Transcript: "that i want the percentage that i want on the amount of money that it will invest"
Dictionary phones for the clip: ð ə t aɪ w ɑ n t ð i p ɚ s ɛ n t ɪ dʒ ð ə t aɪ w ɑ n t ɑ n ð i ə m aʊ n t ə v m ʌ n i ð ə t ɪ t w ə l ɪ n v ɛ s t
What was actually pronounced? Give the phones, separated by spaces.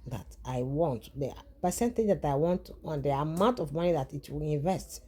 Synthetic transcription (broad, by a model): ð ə t aɪ w ɑ n t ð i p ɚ s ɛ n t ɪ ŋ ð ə t aɪ w ɑ n t ɑ n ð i ə m aʊ n t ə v m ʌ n i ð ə t ɪ t w ə l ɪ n v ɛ s t